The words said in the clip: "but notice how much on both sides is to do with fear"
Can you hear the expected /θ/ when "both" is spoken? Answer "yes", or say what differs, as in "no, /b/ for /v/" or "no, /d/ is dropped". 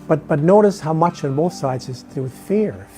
yes